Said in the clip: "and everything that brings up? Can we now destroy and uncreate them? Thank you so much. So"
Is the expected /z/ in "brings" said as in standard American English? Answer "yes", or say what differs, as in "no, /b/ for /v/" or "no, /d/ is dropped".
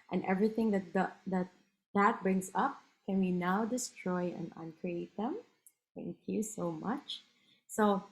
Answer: no, /s/ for /z/